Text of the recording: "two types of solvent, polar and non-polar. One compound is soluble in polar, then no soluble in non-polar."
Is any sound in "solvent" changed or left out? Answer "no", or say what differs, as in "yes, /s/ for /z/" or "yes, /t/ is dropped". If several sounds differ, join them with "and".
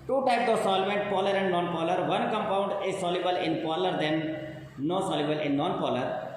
no